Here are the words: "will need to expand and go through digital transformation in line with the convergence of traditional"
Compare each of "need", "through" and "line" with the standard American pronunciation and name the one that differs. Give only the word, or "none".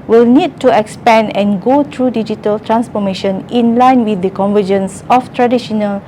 through